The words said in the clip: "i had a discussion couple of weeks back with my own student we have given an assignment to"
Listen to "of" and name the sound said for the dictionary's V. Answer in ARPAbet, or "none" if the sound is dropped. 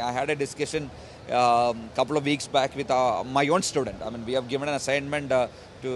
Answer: V